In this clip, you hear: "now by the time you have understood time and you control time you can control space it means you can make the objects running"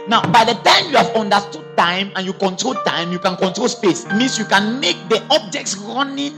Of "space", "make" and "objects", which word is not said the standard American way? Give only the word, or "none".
none